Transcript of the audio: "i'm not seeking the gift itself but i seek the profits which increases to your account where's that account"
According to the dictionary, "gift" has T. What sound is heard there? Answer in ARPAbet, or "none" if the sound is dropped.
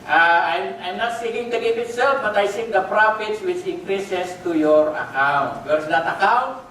none